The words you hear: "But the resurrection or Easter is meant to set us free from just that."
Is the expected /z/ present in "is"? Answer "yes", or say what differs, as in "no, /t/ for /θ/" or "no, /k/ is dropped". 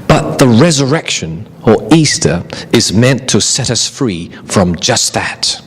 yes